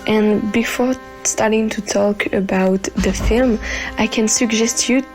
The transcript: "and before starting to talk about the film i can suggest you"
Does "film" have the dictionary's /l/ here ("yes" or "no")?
yes